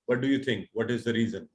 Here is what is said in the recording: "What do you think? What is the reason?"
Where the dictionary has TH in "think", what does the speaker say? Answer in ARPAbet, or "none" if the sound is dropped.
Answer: T